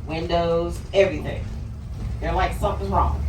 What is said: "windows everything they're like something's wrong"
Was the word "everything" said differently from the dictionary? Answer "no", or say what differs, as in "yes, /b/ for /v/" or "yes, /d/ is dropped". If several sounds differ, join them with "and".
no